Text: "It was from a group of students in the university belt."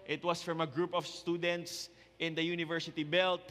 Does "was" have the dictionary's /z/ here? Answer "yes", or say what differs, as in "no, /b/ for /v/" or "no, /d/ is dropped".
no, /s/ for /z/